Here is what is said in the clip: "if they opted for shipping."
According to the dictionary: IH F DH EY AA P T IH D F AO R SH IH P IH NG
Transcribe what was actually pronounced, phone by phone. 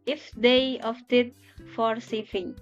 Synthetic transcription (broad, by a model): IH F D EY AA F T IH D F AO R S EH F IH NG